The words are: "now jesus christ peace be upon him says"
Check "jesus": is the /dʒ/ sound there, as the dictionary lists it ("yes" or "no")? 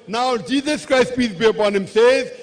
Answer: yes